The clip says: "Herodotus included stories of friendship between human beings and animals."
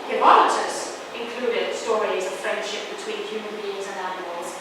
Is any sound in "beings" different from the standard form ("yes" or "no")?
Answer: no